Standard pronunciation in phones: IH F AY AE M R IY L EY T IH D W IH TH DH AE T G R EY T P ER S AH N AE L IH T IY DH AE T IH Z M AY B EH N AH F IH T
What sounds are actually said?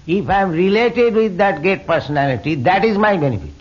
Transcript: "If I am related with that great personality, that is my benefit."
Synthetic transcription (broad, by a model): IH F AY M R IY L EY T IH D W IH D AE T G EY T P ER S AH N AE L IH T IY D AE T IH Z M AY B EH N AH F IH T